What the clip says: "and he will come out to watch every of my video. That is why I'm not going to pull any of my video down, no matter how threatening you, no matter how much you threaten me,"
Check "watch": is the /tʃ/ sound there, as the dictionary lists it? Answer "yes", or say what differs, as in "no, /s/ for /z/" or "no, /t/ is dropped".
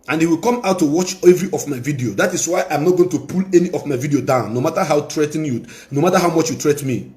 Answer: yes